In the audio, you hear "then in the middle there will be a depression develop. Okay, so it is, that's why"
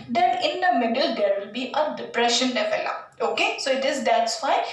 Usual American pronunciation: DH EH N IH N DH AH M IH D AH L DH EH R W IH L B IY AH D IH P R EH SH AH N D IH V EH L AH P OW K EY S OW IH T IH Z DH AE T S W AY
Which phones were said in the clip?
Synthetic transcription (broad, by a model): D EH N IH N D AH M IH D AH L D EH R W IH L B IY AH D IH P R EH SH AH N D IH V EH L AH OW K EY S OW IH T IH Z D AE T S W AY